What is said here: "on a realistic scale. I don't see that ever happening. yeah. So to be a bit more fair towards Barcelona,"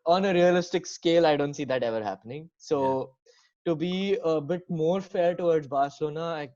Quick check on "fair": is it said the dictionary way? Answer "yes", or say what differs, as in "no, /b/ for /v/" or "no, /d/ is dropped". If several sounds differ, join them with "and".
yes